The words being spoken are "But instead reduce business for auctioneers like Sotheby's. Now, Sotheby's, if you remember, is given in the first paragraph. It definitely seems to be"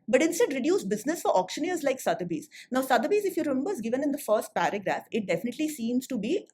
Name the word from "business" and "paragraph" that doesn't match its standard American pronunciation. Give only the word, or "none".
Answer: none